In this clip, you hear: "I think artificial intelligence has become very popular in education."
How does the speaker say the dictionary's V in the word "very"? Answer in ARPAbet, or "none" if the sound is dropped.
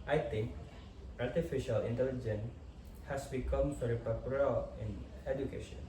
F